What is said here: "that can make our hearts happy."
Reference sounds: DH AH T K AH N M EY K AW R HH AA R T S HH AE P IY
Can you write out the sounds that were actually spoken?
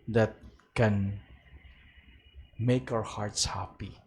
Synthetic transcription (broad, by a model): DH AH T K AH N M EY K AW R HH AA R T S HH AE P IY